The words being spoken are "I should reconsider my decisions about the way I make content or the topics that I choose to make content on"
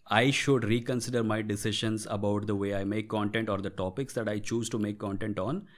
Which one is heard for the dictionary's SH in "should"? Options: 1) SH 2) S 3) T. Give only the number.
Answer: 1